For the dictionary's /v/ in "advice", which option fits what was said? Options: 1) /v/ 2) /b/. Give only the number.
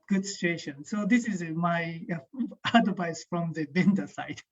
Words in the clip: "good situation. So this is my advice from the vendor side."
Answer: 2